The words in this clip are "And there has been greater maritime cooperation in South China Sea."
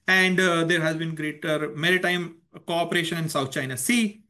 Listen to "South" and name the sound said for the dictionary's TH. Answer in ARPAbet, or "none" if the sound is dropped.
T